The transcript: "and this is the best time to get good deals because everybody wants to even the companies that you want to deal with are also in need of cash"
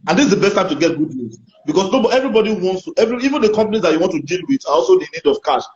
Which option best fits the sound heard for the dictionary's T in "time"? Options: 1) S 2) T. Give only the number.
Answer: 2